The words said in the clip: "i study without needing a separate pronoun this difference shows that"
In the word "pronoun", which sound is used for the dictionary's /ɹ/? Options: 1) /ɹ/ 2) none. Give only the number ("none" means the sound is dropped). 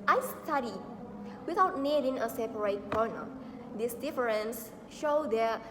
2